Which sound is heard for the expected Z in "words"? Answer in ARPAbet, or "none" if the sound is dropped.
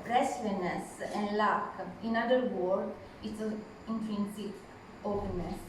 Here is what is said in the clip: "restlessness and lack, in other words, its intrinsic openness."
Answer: none